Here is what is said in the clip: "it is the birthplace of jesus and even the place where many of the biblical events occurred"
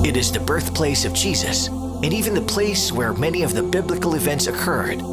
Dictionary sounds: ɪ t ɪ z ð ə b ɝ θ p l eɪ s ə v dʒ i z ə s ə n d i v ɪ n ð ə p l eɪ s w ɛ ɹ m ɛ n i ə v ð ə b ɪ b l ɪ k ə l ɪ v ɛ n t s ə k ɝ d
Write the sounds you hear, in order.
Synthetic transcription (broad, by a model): ɪ t ɪ z ð ə b ɝ θ p l eɪ s ə v dʒ i z ə s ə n i v ɪ n ð ə p l eɪ s w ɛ ɹ m ɛ n i ə v ð ə b ɪ b l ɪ k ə l ɪ v ɛ n t s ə k ɝ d